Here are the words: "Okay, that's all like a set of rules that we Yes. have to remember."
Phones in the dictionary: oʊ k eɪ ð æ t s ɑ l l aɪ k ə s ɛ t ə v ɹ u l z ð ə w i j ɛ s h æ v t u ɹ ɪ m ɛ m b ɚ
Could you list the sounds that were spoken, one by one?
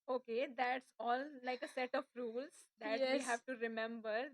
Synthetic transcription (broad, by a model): oʊ k eɪ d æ t s ɑ l l aɪ k ə s ɛ t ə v ɹ u l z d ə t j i h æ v t u ɹ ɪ m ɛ m b ɚ